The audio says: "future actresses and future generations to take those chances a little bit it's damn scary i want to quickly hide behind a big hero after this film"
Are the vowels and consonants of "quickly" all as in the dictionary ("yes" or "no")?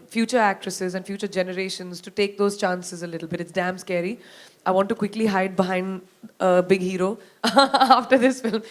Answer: yes